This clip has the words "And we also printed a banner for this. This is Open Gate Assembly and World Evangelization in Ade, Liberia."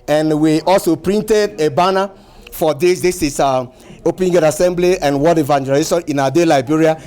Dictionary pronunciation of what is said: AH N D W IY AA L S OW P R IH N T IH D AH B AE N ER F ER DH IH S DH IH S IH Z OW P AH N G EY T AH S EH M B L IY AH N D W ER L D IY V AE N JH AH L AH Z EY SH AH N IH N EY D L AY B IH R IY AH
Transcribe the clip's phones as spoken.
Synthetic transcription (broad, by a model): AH N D W IY AA L S OW P R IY N T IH D AH B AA N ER F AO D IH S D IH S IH S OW P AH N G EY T AH S EH M B L IY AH N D W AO D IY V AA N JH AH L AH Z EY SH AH N IH N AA D L AY B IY R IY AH